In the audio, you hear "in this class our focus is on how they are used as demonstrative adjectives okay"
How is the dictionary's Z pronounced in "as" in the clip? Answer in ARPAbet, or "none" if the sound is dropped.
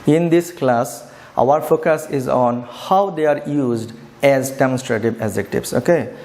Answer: Z